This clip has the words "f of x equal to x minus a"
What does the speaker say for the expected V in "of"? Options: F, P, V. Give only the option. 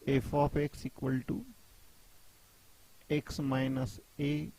P